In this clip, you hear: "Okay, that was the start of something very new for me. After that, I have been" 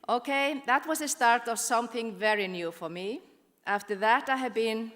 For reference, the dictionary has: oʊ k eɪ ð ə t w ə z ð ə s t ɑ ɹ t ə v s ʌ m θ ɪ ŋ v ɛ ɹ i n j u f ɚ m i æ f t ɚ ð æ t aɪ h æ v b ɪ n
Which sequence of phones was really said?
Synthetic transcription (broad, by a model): oʊ k eɪ ð ə t w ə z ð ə s t ɑ ɹ t ə v s ʌ m θ ɪ ŋ v ɛ ɹ i n j u f ɚ m i æ f t ɚ ð æ t aɪ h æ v b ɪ n